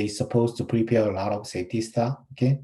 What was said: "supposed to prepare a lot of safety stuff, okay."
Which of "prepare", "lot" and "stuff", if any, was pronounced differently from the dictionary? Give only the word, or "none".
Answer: stuff